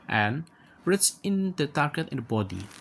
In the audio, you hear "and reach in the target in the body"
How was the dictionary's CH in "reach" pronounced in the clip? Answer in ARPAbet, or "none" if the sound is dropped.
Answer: S